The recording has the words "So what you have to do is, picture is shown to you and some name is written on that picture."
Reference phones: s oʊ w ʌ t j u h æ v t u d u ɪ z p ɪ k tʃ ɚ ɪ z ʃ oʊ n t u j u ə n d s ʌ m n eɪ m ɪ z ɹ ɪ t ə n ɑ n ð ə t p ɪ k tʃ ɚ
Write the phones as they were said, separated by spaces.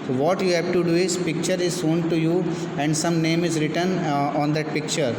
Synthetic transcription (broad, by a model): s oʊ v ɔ t j u h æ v t u d u ɪ z p ɪ k tʃ ɚ ɪ z s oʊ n t u j u ə n d s ʌ m n eɪ m ɪ z ɹ ɪ t ə n ɑ n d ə t p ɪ k tʃ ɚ